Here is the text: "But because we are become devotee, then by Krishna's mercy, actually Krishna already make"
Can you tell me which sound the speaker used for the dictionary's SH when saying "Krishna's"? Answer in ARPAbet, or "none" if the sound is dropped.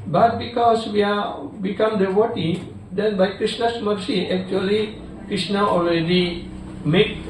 S